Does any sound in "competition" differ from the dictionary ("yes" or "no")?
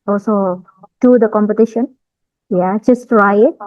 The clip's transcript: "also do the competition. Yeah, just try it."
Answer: no